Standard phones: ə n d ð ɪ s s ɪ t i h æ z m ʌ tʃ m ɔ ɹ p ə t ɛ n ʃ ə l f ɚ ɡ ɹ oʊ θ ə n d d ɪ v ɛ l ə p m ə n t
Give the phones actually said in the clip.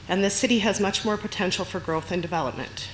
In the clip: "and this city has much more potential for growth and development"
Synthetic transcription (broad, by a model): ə n ð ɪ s s ɪ t i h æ z m ʌ tʃ m ɔ ɹ p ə t ɛ n ʃ l f ɚ ɡ ɹ oʊ θ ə n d d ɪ v ɛ l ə p m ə n t